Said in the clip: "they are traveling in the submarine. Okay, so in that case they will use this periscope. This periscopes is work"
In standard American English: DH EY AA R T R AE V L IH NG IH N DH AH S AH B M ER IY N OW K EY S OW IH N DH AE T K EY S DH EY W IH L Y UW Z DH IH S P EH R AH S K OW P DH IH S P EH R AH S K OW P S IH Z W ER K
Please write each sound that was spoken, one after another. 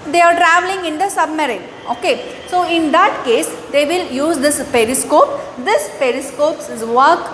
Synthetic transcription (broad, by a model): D EY AA R T R AE V L IH NG IH N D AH S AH B M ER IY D OW K EY S OW IH N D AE T K EY S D EY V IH L Y UW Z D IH S P EH R AH S K OW P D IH S P EH R AH S K OW P S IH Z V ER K